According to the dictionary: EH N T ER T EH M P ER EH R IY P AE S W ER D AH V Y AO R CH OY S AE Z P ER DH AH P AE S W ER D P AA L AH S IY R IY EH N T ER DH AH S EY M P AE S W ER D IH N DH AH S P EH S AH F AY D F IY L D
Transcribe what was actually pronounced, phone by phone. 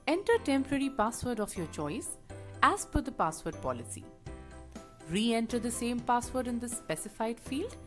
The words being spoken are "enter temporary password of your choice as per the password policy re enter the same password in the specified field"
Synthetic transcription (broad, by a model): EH N T ER T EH M P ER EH R IY P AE S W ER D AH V Y AO R CH OY S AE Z F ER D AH P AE S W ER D P AA L AH S IY R IY EH N T ER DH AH S EY M P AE S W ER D IH N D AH S P EH S AH F AY D F IY L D